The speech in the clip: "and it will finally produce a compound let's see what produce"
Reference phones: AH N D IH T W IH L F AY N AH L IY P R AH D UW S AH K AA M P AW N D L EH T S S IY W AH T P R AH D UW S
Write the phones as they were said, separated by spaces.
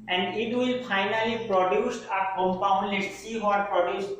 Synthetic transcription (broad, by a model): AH N D IH T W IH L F AY N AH L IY P R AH D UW S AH K AA M P AW N D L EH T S S IY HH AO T P R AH D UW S